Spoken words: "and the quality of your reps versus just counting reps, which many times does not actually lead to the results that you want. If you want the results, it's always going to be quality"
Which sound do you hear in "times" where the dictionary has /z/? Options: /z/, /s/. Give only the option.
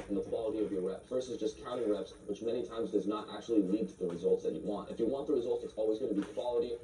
/z/